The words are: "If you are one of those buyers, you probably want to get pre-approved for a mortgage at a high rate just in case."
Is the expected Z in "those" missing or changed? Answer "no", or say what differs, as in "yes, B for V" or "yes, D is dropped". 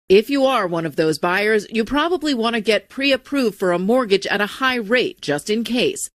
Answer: no